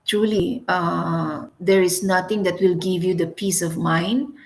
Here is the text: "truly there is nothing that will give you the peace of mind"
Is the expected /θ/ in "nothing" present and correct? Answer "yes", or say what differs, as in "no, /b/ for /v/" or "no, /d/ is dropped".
no, /t/ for /θ/